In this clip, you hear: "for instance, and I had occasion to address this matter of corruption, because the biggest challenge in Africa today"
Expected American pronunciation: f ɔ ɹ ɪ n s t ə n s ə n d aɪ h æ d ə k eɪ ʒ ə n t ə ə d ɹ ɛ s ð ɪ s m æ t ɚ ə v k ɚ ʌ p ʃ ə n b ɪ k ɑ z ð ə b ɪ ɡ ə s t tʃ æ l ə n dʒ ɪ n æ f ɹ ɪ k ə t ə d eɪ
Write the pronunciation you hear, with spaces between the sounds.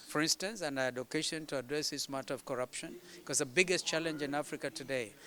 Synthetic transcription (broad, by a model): f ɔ ɹ ɪ n s t ə n s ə n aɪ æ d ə k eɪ ʃ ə n t ə ə d ɹ ɛ s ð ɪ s m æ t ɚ ə v k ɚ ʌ p ʃ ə n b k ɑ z ð ə b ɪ ɡ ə s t tʃ æ l ə n dʒ ɪ n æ f ɹ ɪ k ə t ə d eɪ